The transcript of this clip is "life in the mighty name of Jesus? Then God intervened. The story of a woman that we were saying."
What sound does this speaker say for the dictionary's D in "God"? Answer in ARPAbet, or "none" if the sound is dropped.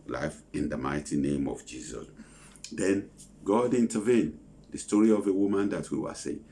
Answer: D